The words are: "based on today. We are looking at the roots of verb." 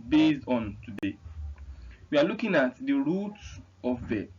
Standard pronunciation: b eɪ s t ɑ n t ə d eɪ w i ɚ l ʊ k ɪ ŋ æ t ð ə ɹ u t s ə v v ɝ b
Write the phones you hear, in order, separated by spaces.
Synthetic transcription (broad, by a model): b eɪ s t ɑ n t ə d eɪ w i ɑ l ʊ k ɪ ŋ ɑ t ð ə ɹ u t ə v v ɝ